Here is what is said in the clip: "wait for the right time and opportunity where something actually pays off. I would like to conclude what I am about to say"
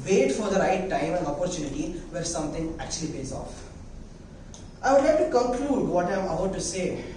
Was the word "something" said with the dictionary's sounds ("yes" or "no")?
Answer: no